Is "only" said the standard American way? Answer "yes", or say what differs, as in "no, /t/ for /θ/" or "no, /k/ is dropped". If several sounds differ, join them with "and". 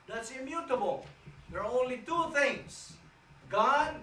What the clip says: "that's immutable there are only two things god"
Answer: yes